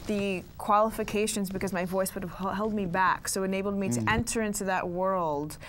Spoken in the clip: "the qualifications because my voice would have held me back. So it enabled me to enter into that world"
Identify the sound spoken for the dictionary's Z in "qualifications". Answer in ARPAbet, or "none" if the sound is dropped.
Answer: Z